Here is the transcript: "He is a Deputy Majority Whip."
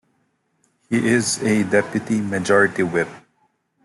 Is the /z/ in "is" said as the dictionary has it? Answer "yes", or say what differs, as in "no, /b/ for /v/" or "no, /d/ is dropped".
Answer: yes